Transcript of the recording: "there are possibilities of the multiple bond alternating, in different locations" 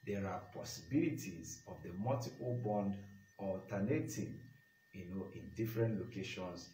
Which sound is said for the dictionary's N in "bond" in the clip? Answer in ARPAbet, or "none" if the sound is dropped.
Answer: N